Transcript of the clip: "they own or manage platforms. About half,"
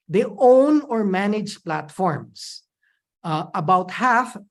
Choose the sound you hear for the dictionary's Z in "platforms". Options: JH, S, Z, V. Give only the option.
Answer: S